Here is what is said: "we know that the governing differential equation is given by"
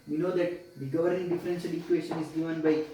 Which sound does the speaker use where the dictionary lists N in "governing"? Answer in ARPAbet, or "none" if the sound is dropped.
none